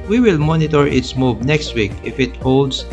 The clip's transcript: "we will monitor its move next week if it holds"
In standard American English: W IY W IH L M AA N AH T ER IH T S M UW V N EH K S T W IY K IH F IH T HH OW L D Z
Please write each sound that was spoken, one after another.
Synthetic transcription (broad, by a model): W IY W IH L M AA N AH T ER IH T S M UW B N EH K S T W IY K IH F IH T HH OW L D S